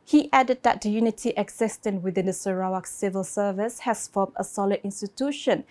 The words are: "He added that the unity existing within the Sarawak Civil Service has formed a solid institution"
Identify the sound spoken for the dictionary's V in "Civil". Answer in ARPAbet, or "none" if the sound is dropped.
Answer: V